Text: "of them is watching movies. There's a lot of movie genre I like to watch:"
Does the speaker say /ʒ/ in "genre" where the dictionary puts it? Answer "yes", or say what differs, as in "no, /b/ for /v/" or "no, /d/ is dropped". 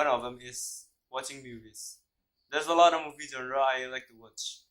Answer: no, /z/ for /ʒ/